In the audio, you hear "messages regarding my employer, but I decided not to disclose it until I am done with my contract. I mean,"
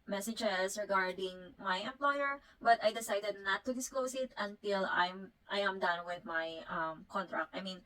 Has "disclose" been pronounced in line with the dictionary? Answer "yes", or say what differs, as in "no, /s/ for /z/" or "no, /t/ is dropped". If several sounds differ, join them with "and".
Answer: no, /s/ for /z/